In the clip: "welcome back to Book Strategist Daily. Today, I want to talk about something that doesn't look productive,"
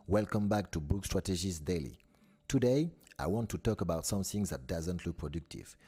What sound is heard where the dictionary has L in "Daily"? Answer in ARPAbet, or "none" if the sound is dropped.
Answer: L